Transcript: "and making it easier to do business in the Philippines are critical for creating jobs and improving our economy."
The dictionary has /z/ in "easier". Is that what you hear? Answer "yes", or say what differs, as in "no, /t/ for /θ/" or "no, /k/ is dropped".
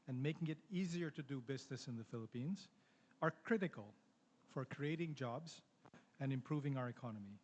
yes